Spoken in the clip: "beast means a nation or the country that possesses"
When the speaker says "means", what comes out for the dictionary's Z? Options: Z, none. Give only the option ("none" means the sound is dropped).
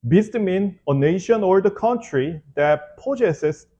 none